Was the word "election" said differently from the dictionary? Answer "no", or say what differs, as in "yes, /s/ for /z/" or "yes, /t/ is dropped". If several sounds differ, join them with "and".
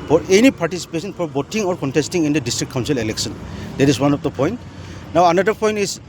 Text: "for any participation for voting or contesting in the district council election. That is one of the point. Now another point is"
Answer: yes, /s/ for /ʃ/